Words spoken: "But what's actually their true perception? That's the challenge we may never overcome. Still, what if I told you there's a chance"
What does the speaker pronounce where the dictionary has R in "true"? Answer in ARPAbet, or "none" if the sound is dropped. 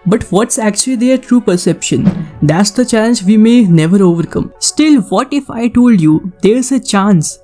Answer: R